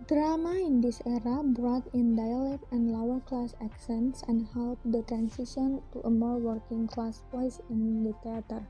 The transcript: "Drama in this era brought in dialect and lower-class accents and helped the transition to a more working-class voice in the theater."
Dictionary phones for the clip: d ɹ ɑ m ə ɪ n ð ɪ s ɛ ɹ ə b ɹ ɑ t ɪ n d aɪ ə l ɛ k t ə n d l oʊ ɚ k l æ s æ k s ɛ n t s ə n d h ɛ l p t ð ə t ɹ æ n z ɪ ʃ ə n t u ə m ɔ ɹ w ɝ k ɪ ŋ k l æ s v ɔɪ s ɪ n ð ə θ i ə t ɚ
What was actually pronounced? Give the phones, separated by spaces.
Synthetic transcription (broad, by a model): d ɹ ɑ m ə ɪ n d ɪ s ɛ ɹ ə b ɹ ɑ t ɪ n d aɪ ə l ɛ k t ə n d l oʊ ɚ k l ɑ s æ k s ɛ n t s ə n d h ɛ l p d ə t ɹ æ n s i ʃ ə n t u ə m ɔ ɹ w ɝ k ɪ ŋ k l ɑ s p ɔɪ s ɪ n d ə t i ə t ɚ